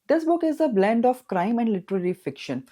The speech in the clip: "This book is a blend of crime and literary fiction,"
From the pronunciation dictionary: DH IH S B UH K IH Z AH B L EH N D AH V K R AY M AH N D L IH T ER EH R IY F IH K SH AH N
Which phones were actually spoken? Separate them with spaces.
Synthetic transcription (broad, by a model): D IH S B UH K IH Z AH B L EH N D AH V K R AY M AH N D L IH T ER EH R IY F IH K SH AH N